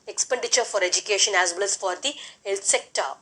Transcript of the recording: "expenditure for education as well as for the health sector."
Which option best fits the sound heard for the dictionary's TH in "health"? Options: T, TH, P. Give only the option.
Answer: T